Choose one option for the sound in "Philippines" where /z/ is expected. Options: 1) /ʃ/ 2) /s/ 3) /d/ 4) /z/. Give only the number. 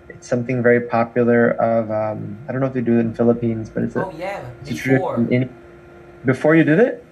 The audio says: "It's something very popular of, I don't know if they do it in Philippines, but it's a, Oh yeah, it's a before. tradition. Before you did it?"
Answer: 4